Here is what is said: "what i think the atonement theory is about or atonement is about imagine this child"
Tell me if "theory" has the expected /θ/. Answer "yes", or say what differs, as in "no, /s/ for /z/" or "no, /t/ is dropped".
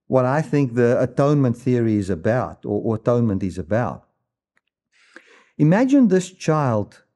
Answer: yes